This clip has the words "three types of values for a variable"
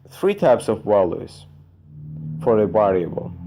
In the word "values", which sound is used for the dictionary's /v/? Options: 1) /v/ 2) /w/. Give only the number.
2